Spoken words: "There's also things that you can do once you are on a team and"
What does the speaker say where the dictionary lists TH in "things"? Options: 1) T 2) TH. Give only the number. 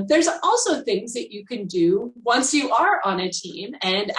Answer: 2